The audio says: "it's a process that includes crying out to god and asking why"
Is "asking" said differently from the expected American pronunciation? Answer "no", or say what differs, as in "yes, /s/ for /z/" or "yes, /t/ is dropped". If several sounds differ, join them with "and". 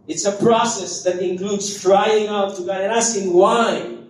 yes, /k/ is dropped